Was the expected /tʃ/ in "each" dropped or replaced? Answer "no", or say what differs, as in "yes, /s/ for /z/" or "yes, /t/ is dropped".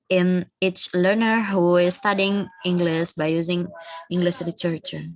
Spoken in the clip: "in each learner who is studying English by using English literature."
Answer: yes, /s/ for /tʃ/